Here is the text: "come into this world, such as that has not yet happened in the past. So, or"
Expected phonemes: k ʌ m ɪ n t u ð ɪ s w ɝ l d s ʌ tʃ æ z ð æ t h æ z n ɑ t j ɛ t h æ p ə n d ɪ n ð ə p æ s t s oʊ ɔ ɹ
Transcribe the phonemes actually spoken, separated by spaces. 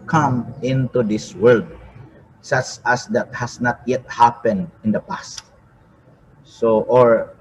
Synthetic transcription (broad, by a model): k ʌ m ɪ n t u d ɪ s w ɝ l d s ʌ tʃ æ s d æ t h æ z n ɑ t j ɛ t h æ p ə n d ɪ n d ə p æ s t s oʊ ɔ ɹ